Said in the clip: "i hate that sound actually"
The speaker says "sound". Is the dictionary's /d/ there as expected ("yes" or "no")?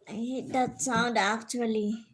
yes